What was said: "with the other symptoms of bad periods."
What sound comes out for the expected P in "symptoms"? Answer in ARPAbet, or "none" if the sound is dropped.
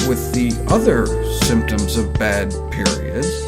P